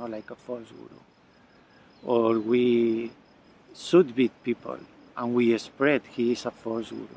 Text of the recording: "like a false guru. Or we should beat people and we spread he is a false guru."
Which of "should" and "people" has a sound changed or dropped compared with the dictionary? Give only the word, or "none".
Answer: should